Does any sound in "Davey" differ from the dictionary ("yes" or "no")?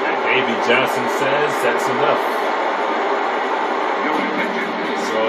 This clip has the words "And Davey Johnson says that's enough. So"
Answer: yes